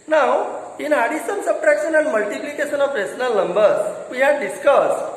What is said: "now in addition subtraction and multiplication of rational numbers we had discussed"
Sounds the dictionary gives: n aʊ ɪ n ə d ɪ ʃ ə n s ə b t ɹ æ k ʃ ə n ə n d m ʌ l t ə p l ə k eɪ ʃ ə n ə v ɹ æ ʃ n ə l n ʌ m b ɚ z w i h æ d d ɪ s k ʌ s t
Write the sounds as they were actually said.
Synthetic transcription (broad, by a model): n aʊ ɪ n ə d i s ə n s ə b t ɹ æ k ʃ ə n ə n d m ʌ l t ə p l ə k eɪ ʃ ə n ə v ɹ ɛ s n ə l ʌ m b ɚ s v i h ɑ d d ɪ s k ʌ s